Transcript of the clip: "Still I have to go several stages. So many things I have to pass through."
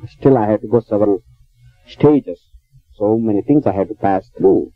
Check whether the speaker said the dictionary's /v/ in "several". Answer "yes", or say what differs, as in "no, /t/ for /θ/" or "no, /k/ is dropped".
yes